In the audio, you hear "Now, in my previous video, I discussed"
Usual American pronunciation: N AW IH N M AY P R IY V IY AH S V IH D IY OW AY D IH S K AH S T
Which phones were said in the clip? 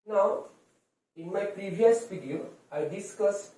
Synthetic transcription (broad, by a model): N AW IH N M AY P R IY V IY AH S F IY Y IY AY D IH S K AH S